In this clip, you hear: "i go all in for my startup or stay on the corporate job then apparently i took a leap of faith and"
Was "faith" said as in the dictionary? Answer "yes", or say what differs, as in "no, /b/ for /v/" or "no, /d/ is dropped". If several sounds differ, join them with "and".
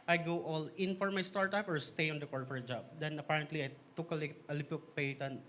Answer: no, /t/ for /θ/